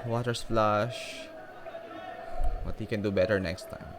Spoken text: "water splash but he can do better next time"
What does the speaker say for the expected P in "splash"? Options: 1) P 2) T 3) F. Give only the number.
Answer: 3